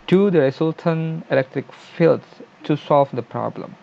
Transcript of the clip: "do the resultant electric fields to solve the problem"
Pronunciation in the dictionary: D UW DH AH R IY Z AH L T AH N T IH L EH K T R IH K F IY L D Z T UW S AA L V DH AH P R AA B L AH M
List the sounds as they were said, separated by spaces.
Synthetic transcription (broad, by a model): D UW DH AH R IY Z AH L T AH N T IH L EH K T R IH K F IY L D T UW S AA L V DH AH P R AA B L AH M